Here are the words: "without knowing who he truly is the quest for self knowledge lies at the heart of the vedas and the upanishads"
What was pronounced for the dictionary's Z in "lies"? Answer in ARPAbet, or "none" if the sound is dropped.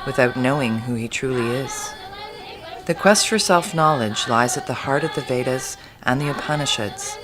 Z